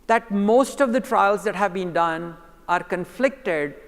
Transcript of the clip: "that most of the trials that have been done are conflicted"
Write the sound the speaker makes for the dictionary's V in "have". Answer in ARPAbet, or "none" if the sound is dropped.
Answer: V